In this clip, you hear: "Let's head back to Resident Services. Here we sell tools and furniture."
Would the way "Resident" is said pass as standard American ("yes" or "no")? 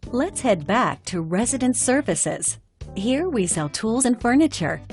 yes